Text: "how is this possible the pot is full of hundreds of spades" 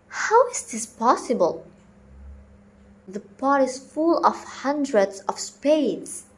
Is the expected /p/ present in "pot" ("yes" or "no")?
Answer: yes